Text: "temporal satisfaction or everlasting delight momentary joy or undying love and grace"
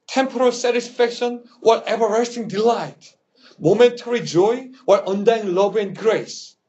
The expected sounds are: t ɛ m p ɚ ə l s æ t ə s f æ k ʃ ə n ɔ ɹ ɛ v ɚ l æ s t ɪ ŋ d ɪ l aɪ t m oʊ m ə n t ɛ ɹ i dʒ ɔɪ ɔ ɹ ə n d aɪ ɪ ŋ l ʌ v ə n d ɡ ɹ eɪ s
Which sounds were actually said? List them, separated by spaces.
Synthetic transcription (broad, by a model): t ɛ m p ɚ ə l s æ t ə s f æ k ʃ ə n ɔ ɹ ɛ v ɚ ɛ s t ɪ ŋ d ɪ l aɪ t m oʊ m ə n t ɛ ɹ i dʒ ɔɪ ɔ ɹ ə n d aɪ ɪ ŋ l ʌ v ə n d ɡ ɹ eɪ s